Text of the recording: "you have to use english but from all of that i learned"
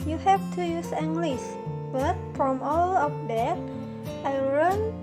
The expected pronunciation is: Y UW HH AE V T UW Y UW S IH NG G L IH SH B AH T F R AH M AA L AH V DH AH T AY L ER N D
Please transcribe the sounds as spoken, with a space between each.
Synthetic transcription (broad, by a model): Y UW HH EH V T UW Y UW S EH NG G L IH S B AH T F R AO M AA L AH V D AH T AY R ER N